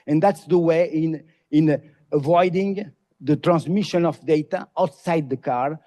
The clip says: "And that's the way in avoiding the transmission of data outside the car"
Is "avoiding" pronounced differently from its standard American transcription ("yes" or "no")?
no